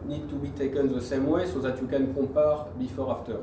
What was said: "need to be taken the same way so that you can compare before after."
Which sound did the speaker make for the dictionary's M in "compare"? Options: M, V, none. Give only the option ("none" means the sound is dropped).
none